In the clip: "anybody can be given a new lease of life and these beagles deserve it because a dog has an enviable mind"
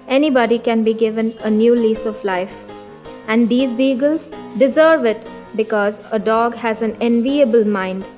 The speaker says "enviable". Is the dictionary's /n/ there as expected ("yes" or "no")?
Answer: yes